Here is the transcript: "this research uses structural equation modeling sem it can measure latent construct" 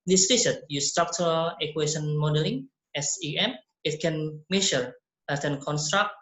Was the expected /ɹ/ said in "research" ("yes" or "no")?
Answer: no